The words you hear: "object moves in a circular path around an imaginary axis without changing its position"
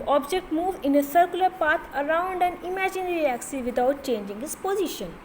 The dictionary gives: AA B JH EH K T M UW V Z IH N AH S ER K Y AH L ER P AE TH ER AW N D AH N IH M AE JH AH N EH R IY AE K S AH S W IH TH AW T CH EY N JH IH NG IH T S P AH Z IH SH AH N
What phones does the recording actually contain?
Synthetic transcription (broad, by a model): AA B JH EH K T M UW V IH N AH S ER K Y AH L ER P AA T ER AW N D AH N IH M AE JH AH N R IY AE K S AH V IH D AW T CH EY N JH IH NG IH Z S P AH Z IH SH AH N